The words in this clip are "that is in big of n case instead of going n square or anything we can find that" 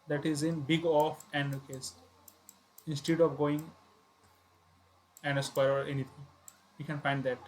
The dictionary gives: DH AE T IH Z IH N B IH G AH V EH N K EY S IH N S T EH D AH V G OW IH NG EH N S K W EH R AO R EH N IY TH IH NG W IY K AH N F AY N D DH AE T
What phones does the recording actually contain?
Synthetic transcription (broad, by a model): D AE T IH Z IH N B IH G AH F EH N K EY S IH N S T EH D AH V G OW IH NG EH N S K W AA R AO R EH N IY T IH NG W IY K AH N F AY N D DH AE T